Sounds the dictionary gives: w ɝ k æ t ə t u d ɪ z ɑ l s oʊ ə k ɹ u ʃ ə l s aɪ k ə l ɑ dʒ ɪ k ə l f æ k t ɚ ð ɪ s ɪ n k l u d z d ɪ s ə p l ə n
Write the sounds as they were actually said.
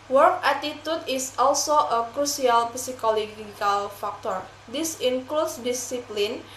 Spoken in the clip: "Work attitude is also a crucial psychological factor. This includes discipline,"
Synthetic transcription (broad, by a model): w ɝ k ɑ t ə t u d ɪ s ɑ l s oʊ ə k ɹ u s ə l s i k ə l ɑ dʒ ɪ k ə l f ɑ k t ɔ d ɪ s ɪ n k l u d s d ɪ s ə p l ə n